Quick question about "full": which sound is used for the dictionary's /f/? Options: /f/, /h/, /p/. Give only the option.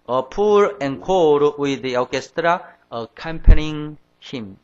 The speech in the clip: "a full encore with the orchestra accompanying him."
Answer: /p/